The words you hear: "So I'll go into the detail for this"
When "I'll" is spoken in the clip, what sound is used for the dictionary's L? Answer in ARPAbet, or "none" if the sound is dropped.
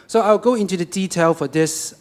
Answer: W